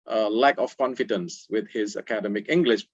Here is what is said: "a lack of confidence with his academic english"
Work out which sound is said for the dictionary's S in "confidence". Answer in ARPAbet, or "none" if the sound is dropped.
S